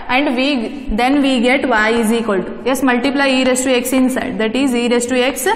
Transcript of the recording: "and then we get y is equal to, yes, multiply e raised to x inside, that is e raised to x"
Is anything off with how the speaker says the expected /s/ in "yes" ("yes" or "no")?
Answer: no